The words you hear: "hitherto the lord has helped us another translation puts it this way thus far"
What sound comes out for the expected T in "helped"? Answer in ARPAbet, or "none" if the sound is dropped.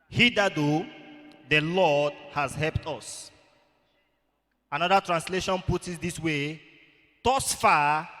T